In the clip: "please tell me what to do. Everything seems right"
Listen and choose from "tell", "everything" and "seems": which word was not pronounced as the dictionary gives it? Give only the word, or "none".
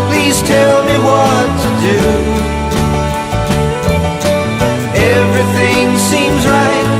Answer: none